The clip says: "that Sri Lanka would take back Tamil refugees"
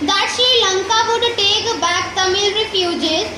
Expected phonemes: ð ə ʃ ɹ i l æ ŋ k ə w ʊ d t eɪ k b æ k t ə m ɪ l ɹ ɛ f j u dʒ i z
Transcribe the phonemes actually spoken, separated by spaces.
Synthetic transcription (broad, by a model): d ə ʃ i l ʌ ŋ k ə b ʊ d t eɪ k b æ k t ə m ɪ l ɹ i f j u dʒ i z